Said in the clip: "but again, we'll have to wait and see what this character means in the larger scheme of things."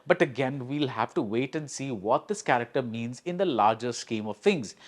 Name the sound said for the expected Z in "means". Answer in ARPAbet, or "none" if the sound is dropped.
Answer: Z